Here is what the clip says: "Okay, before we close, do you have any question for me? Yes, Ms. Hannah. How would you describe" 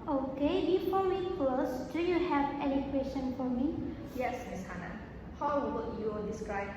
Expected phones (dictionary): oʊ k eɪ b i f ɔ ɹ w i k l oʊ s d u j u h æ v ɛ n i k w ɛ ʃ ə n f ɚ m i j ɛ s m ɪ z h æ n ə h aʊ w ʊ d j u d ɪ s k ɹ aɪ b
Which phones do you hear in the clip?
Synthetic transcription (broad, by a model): oʊ k eɪ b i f ɔ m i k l oʊ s d u j u h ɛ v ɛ l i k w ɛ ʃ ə n f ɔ m i j ɛ s m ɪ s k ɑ n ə h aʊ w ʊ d j u d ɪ s k ɹ aɪ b